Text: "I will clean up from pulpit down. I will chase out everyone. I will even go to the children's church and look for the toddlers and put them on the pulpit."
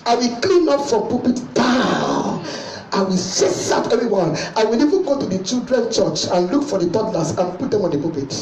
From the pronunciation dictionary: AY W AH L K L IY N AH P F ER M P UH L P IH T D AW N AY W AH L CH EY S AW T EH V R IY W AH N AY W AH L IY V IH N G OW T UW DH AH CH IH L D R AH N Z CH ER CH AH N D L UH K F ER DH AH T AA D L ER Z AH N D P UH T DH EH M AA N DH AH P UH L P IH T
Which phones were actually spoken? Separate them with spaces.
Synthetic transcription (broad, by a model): AY W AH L K L IY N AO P F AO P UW P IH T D AW N AY W AH L S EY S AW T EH V R IY W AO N AY W AH L IY V IH N G OW T UW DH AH CH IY L D R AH N CH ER CH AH N L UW K F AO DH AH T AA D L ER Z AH N P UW T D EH M AA N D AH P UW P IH T